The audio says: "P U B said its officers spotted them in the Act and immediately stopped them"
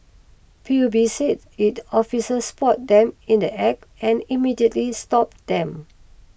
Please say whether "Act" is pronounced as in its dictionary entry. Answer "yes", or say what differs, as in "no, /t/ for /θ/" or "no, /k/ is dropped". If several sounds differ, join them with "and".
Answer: no, /t/ is dropped